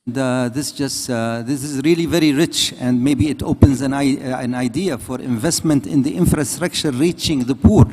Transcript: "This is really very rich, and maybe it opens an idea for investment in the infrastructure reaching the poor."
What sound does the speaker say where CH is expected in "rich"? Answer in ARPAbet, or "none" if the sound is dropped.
CH